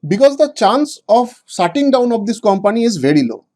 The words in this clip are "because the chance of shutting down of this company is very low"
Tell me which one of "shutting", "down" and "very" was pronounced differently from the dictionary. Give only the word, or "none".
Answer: shutting